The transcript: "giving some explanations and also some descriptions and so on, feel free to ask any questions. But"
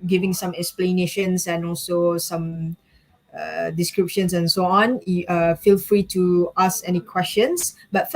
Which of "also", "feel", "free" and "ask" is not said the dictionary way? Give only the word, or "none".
ask